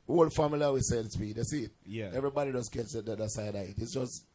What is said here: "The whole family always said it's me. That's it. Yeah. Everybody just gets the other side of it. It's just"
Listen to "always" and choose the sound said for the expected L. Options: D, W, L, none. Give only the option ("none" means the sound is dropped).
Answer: none